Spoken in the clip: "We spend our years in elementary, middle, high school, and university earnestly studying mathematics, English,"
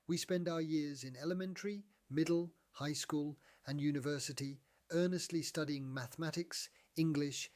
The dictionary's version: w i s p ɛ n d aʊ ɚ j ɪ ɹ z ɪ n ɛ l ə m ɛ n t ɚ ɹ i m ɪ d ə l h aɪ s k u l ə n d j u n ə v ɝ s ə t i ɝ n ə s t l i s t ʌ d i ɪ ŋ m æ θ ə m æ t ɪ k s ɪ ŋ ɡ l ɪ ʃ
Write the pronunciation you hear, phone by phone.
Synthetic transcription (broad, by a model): w i s p ɛ n d aʊ ɚ j ɪ ɹ z ɪ n ɛ l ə m ɛ n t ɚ ɹ i m ɪ d l h aɪ s k u l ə n j u n ə v ɝ s ə t i ɝ n ə s t l i s t ʌ d i ɪ ŋ m æ θ ə m æ t ɪ k s ɪ ŋ ɡ l ɪ ʃ